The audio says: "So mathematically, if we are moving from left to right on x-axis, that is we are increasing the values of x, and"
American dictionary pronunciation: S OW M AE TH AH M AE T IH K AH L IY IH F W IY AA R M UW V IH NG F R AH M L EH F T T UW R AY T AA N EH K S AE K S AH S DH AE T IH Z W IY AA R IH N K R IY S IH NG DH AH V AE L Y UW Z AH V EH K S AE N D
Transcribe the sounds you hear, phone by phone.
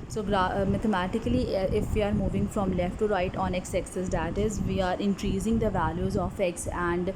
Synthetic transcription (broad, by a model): S OW M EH T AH M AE T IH K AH L IY IH F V IY AA R M UW V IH NG F R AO M L EH F T T UW R AY T AA N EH K S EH K S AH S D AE T IH Z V IY AA R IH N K R IY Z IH NG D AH V AE L Y UW Z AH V EH K S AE N D